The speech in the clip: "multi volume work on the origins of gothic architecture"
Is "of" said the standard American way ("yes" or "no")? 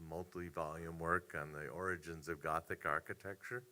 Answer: yes